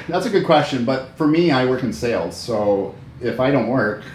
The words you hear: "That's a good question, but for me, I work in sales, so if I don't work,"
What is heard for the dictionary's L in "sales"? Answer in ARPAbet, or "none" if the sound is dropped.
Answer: L